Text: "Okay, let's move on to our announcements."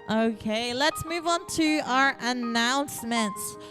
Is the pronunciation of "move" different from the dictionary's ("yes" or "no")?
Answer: no